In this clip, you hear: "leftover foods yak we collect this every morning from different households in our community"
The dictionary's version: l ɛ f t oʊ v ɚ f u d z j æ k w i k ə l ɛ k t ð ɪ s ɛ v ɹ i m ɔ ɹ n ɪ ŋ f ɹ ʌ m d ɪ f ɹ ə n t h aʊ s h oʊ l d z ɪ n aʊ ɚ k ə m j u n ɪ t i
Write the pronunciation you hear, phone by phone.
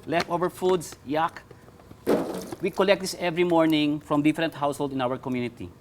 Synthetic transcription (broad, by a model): l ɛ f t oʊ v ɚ f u d s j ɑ k w i k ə l ɛ k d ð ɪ s ɛ v ɹ i m ɔ ɹ n ɪ ŋ f ɹ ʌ m d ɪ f ɹ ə n t h aʊ s h oʊ l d ɪ n aʊ ɚ k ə m j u n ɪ t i